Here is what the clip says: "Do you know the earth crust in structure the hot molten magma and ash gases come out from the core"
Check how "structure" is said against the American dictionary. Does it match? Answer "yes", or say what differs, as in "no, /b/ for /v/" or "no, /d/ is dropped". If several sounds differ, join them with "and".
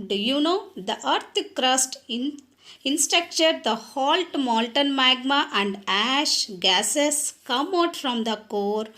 no, /ɹ/ is dropped